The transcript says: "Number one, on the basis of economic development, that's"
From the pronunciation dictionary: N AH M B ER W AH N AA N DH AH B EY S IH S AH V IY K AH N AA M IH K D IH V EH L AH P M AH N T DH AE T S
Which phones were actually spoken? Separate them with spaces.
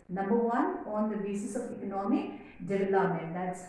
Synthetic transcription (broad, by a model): N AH M B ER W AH N AA N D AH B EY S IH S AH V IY K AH N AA M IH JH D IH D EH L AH M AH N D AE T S